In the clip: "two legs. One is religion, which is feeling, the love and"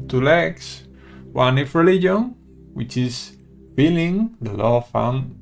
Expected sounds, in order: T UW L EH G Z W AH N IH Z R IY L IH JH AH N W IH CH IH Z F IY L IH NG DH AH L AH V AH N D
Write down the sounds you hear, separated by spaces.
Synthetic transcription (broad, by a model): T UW L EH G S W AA N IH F R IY L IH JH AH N W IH CH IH S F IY L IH NG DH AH L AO F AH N